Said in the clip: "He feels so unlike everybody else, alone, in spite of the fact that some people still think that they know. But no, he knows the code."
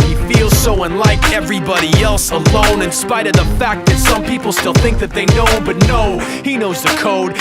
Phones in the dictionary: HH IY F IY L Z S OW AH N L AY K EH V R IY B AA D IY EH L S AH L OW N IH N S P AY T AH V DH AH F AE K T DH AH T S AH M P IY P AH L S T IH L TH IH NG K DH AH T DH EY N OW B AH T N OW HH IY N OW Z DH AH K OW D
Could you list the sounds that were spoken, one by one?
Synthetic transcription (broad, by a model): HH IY F IY L Z S OW AH N L AY K EH V R IY B AA D IY EH L S AH L OW N IH N S P AY T AH V DH AH F AE K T DH AH T S AH M P IY P L S T IH L TH IH NG K DH AH T DH EY N OW B AH T N OW HH IY N OW Z DH AH K OW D